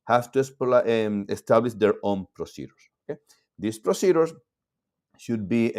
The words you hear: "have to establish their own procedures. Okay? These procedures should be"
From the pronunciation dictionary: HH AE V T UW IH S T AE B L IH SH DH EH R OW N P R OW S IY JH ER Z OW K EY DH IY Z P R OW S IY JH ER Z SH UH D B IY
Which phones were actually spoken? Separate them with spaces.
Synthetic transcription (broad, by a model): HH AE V T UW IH S T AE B L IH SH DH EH R OW N P R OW S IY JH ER S OW K EY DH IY S P R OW S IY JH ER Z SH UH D B IY